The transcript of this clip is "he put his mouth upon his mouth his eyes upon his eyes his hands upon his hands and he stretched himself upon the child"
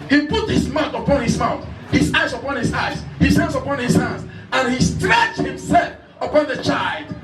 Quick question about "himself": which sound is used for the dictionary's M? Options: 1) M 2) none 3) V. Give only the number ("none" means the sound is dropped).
1